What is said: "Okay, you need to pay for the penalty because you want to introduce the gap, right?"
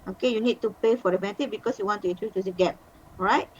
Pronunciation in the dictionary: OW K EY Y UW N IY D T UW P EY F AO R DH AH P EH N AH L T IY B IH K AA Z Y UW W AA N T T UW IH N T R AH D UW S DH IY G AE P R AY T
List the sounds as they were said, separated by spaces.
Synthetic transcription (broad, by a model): OW K EY Y UW N IY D T UW P EY F AO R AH B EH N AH T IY B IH K AA S Y UW W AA N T T UW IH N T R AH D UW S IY G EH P R AY T